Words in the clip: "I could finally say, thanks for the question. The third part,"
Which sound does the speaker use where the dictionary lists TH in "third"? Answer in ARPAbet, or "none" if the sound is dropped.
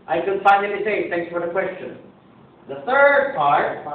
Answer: TH